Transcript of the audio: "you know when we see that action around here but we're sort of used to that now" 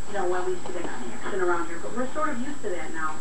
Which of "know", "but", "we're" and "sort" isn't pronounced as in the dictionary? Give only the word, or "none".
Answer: sort